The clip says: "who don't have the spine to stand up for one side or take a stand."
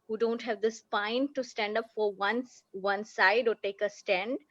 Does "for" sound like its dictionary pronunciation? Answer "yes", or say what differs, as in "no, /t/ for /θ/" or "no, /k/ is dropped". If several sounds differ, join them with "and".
yes